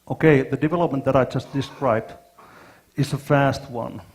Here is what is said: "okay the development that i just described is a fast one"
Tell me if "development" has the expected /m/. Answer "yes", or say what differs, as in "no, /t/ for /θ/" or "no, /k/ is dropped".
yes